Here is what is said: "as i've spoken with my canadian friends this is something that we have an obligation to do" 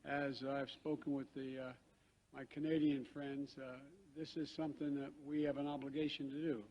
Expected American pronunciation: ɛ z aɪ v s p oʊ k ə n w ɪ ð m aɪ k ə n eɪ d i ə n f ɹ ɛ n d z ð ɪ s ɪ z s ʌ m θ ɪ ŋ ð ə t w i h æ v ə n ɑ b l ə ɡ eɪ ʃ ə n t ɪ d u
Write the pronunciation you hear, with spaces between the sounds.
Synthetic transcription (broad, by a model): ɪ z aɪ v s p oʊ k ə n w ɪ ð m aɪ k ə n eɪ d i ə n f ɹ ɛ n d z ð ɪ s ɪ z s ʌ m θ ɪ ŋ ð ə t w i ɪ v ə n ɑ b l ə ɡ eɪ ʃ ə n t ɪ d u